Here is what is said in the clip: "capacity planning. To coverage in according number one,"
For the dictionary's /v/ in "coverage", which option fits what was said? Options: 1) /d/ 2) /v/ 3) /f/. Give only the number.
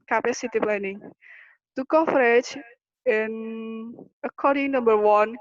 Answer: 3